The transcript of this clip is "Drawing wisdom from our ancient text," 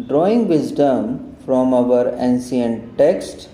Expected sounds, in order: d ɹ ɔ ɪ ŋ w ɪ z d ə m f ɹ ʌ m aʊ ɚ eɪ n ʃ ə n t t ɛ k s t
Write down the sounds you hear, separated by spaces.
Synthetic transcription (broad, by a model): d ɹ ɔ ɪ ŋ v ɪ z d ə m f ɹ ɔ m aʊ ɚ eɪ n s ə n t t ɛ k s t